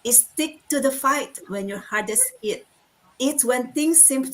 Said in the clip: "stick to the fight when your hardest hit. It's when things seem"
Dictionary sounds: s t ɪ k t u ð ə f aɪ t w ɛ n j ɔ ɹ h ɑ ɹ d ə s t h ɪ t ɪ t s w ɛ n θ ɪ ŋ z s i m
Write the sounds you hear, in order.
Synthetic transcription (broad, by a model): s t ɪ k t u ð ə f aɪ t w ɛ n j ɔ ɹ h ɑ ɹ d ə s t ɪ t ɪ t s w ɛ n t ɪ ŋ s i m